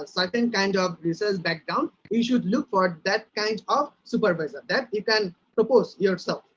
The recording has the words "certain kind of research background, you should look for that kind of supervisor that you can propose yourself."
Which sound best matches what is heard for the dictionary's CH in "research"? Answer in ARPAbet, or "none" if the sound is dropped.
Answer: S